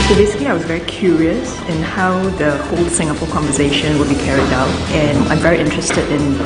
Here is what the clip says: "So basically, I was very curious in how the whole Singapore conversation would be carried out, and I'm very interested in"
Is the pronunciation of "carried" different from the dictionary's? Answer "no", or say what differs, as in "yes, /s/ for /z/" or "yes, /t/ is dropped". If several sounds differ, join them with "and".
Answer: no